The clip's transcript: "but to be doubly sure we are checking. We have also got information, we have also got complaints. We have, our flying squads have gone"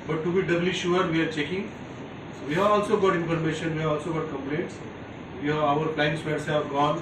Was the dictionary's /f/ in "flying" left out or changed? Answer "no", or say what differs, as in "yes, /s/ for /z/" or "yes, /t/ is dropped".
yes, /p/ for /f/